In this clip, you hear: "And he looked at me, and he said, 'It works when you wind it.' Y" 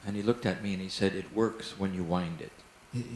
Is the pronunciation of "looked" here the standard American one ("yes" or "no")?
yes